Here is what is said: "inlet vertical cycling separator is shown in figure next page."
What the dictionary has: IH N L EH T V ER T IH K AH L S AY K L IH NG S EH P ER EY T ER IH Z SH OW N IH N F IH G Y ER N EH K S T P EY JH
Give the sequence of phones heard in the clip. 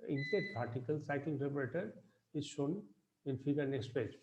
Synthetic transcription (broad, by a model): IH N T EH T P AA T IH K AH L S AY K L IH NG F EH B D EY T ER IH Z SH OW N IH N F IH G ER N EH K S T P EY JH